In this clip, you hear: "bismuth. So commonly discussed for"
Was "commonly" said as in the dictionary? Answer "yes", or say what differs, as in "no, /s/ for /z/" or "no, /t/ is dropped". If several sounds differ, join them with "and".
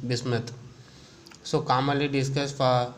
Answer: no, /n/ is dropped